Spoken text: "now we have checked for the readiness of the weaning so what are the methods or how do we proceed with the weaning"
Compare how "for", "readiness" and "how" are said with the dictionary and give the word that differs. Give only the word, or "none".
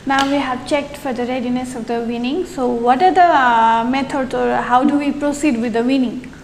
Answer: none